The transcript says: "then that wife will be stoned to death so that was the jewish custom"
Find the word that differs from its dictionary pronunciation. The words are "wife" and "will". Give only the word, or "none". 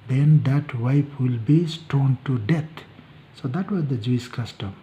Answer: wife